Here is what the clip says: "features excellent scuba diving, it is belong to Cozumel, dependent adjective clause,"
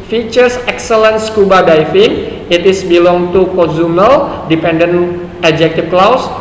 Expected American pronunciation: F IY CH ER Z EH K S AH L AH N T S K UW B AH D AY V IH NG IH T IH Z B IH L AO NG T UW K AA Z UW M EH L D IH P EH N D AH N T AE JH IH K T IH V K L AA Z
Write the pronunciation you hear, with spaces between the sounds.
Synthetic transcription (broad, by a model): F IY CH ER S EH K S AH L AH N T S K UW B AH D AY F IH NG IH T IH S B IH L AO NG T UW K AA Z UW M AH L D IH P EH N D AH N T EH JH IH K T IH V K L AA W